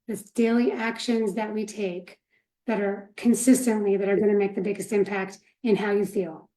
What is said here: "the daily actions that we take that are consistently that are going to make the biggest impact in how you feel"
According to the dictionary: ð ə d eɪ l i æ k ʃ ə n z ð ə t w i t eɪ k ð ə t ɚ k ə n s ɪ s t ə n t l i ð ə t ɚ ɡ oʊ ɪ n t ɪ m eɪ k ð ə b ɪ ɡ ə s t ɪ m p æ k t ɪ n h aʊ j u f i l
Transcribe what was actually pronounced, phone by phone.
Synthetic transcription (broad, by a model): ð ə d eɪ l i æ k ʃ ə n z ð ə t w i t eɪ k ð ə t ɚ k ə n s ɪ s t ə n t l i ð ə t ɚ ɡ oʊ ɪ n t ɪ m eɪ k ð ə b ɪ ɡ ə s t ɪ m p æ k t ɪ n h aʊ j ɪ f i l